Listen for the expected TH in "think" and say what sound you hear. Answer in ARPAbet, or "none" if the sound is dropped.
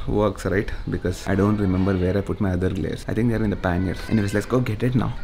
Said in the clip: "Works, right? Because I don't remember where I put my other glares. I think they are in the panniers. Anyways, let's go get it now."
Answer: T